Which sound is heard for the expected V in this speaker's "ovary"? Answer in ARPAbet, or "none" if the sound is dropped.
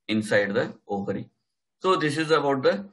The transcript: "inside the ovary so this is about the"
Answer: P